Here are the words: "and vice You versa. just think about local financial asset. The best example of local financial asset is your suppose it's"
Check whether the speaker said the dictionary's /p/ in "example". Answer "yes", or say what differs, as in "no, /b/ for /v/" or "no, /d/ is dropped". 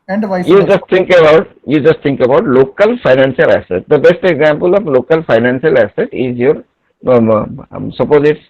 yes